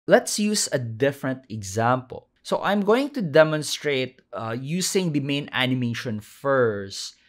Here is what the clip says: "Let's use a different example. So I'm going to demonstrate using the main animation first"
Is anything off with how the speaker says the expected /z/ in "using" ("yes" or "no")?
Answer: yes